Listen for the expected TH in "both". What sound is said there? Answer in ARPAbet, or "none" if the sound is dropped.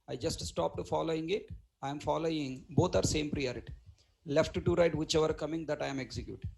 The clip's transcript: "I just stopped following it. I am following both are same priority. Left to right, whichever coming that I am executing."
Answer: T